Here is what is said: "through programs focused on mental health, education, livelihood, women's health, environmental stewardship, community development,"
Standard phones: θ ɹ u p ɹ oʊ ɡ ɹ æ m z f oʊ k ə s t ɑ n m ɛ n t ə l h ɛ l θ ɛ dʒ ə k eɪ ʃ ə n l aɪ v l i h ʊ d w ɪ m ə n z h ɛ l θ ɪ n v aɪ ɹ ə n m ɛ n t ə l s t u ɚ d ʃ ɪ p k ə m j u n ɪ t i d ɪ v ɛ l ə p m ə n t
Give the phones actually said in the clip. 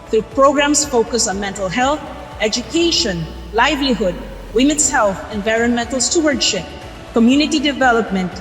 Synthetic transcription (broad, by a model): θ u p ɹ oʊ ɡ ɹ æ m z f oʊ k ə s ɑ n m ɛ n t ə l h ɛ l θ ɛ dʒ ə k eɪ ʃ ə n l aɪ v l i h ʊ d w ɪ m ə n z h ɛ l θ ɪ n v aɪ ɹ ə n m ɛ n t l s t u ɚ d ʃ ɪ p k ə m j u n ɪ t i d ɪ v ɛ l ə p m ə n t